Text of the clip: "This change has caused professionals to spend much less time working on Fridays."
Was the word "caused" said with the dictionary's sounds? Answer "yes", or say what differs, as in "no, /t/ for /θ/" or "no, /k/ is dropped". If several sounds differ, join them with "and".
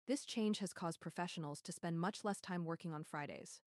yes